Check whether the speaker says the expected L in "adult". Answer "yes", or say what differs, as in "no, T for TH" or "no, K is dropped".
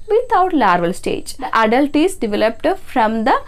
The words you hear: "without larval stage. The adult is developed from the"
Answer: yes